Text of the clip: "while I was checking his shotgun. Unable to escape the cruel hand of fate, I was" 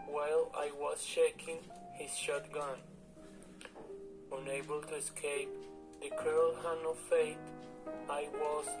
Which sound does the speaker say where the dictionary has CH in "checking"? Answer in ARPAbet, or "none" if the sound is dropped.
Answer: SH